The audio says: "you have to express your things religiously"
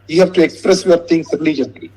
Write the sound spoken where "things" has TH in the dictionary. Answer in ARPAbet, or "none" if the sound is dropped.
T